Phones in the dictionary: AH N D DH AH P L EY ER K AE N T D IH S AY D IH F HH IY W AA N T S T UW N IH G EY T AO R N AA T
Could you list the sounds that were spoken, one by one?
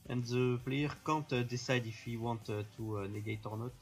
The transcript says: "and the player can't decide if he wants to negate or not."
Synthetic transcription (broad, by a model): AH N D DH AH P L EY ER K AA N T D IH S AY D IH F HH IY W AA N T T UW N IH G EY T AO R N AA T